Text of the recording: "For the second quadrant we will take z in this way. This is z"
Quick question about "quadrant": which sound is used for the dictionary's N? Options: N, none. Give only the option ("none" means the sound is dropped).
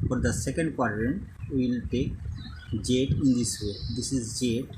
N